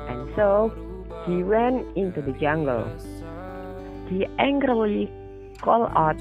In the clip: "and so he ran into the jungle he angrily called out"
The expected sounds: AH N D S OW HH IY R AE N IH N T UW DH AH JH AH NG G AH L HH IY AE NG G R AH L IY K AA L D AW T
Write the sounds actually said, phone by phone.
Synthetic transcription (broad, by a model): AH N S OW HH IY W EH N IH N T UW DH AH JH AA NG G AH L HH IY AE NG G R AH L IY K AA L AW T